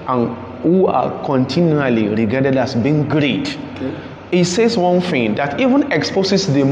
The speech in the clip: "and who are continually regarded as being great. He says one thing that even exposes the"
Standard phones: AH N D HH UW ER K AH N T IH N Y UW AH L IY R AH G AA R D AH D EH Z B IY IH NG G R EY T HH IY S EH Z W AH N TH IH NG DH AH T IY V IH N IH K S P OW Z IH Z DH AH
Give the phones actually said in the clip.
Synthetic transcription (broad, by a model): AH N HH UW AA K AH N T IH N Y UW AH L IY R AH G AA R D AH D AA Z B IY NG G R EY T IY S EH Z W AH N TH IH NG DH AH T IY V IH N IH K S P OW S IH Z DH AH